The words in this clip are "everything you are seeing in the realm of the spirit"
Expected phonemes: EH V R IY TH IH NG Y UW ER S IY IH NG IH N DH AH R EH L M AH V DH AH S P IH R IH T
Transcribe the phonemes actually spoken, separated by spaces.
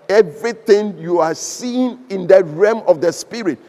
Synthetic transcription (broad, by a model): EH V R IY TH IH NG Y UW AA S IY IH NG IH N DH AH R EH M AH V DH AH S P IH R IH T